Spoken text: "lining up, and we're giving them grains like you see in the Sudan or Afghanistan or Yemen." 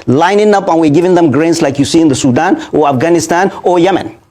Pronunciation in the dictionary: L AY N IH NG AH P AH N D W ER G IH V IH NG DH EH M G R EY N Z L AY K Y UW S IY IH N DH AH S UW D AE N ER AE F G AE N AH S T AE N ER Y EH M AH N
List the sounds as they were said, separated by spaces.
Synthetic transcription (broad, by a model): L AY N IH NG AH P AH N W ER G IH V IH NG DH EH M G R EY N S L AY K Y UW S IY IH N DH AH S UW D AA N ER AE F G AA N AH S T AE N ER Y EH M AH N